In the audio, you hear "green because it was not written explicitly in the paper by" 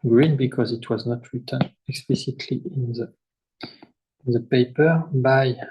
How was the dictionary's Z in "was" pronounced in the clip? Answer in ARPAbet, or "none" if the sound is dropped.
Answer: Z